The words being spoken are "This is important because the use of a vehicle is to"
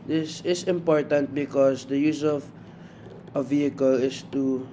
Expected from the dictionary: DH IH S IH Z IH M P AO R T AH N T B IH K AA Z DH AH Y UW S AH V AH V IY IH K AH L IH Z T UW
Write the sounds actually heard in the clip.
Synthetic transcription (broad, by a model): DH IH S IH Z IH M P AO R T AH N T B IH K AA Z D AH Y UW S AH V AH V IY IH K AH L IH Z T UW